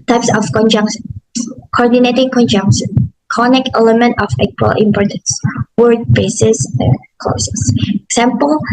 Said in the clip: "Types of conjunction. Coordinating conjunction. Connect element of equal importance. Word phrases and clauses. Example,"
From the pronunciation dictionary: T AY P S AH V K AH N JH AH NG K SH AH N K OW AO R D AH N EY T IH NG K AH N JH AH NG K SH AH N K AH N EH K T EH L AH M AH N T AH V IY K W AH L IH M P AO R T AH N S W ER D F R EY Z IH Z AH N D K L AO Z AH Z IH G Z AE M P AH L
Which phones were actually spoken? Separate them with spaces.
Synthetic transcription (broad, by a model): T AY P S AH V K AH N JH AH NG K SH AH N K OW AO R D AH N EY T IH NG K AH N JH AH NG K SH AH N K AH N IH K EH L AH M AH N T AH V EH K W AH L IH M P AO R T AH N S W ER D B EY S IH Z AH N K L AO S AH S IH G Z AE M P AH L